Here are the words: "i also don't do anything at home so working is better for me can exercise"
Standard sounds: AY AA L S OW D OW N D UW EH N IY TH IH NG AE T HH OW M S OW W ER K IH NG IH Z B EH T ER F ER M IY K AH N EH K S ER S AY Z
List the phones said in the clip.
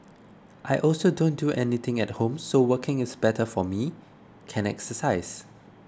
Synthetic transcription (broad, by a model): AY AA L S OW D OW N D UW EH N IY T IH NG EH T HH OW M S OW W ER K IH NG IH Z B EH T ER F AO M IY K AH N EH K S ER S AY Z